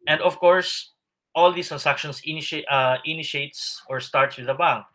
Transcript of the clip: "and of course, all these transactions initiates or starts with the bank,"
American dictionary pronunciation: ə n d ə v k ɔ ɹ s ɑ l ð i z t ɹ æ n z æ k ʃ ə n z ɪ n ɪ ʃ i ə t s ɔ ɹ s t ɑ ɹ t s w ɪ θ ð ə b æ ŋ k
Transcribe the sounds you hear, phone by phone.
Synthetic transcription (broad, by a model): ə n d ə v k ɔ ɹ s ɑ l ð i s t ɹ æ n s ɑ k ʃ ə n s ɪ n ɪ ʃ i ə t s ɔ ɹ s t ɑ ɹ t s w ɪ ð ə b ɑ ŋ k